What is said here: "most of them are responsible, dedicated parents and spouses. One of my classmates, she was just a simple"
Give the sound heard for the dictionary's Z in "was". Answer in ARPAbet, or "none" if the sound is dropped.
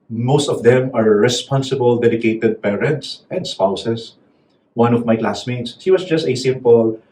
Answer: S